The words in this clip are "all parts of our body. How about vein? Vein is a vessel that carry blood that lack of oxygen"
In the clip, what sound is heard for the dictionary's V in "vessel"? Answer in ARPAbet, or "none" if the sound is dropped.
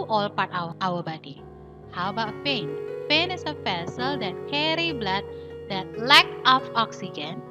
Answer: F